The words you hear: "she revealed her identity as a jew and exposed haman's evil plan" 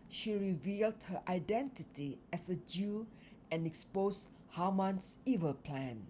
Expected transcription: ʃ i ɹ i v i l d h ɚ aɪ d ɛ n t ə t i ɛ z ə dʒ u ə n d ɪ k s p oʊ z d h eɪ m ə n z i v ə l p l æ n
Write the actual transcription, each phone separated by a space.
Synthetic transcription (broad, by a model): ʃ i ɹ i v i l d h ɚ aɪ d ɛ n t ə t i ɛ s ə dʒ u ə n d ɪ k s p oʊ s h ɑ m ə n s i v ə l p l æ n